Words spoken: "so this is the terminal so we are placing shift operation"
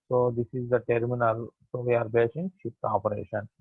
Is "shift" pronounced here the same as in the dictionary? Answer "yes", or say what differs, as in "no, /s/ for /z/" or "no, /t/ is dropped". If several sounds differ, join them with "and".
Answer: no, /p/ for /f/